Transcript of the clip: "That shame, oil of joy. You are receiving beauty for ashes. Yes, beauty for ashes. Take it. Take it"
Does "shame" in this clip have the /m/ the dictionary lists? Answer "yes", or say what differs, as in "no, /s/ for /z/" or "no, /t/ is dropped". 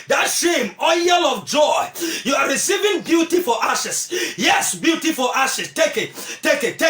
yes